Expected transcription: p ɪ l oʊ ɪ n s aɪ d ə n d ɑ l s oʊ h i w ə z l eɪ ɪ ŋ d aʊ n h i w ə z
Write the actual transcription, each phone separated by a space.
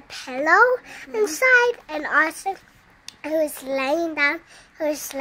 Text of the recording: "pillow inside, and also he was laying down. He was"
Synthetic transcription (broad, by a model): p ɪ l oʊ ɪ n s aɪ d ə n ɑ s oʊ h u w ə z l eɪ ɪ ŋ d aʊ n h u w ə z